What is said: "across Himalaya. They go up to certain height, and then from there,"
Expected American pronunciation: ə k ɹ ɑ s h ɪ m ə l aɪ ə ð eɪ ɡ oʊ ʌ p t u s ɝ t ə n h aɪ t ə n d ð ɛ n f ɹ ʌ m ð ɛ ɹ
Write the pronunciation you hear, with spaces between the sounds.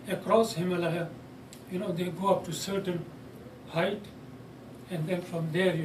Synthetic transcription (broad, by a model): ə k ɹ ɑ s h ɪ m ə l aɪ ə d eɪ ɡ oʊ ʌ p t u s ɝ t ə n h aɪ t ə n d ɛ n f ɹ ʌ m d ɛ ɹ